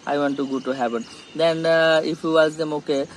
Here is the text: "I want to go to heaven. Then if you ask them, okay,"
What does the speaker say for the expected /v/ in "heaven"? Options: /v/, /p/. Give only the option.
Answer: /p/